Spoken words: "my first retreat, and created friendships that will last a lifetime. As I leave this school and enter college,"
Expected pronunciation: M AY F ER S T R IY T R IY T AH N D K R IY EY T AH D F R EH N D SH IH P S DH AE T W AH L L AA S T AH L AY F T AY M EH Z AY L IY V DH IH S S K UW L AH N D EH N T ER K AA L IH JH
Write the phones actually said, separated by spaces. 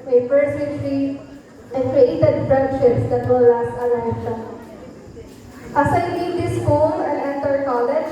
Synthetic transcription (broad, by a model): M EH P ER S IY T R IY AH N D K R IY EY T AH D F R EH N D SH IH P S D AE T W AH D L AA S T AH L AY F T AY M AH S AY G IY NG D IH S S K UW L AH N D EH N T ER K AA L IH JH